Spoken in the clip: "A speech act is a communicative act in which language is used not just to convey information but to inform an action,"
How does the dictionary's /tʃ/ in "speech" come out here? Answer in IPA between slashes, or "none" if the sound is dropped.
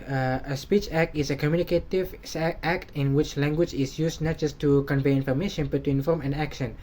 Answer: /tʃ/